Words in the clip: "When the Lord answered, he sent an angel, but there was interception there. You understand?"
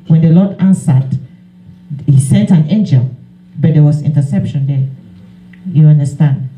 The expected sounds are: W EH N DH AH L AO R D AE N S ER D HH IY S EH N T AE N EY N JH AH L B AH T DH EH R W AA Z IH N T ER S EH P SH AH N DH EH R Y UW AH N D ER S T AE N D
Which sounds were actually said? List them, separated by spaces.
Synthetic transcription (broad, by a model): W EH N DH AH L AO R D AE N S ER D HH IY S EH N T AE N EY N JH AH L B AH T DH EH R W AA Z IH N T ER S EH P SH AH N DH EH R Y UW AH N D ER S T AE N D